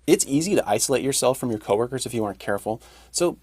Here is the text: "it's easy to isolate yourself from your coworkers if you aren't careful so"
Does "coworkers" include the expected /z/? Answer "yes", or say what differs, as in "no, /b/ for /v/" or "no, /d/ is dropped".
yes